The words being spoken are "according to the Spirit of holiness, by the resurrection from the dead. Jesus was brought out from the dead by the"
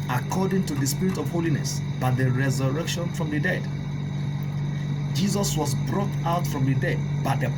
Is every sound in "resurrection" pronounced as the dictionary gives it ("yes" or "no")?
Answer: yes